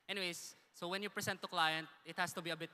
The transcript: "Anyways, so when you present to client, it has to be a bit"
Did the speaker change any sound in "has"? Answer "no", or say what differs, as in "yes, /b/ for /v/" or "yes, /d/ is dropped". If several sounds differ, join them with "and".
yes, /s/ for /z/